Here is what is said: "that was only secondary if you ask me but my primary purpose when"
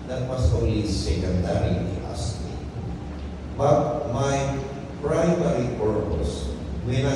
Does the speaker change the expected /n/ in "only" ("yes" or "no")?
yes